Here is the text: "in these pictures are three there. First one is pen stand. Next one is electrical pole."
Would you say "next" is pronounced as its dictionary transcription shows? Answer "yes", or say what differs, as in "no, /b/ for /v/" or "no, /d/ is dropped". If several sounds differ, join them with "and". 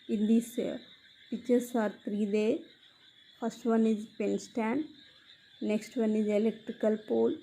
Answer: yes